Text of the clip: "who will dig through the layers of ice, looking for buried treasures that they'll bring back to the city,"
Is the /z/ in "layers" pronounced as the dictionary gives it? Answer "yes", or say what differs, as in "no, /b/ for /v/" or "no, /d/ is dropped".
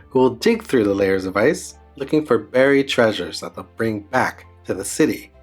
yes